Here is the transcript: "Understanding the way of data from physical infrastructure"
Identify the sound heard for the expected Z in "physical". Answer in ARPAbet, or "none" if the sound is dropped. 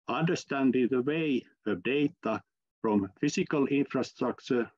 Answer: S